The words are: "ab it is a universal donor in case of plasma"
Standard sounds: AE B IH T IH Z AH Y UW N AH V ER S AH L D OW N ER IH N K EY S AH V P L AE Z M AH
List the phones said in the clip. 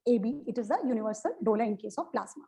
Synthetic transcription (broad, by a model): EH B IH T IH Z AH Y UW N AH V ER S AH L D OW L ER IH N K EY S AH V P L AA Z M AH